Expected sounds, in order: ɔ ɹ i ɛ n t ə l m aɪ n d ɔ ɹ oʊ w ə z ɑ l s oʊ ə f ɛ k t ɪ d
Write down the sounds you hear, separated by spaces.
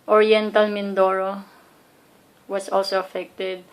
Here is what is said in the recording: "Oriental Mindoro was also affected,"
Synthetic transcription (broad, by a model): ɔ ɹ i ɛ n t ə l m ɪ n d ɔ ɹ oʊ w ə s ɑ l s oʊ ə f ɛ k t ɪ d